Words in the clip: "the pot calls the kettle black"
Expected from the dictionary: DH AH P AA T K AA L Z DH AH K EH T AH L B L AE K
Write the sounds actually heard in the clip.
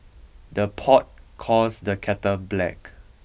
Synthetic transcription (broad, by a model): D AH P AA T K AA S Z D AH K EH T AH N B L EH K